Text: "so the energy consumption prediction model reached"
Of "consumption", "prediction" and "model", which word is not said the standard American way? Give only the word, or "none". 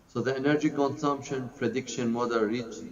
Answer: none